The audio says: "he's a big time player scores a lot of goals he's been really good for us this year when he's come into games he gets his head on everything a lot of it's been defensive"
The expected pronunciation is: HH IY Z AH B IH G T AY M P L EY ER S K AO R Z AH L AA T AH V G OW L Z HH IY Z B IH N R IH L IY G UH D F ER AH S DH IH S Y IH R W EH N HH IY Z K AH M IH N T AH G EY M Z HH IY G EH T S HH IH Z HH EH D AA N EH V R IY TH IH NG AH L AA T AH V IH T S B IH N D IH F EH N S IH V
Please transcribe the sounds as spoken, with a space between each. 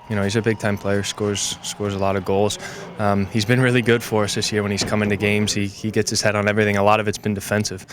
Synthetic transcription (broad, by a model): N IY Z AH B IH G T AY M P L EY ER S K AO R Z AH L AA T AH V G OW L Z HH IY Z B IH N R IH L IY G UH D F ER AH S DH IH S Y IH R W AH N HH IY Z K AH M IH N T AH G EY M Z HH IY G EH T S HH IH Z HH EH D N EH V R IY TH IH NG AH L AA T AH V IH T S B IH N D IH F EH N S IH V